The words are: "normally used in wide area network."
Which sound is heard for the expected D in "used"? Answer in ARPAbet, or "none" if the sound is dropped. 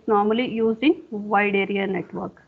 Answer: none